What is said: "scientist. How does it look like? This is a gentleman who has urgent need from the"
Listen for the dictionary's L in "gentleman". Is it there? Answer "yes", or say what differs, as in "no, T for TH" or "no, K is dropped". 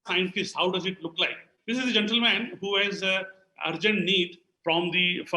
yes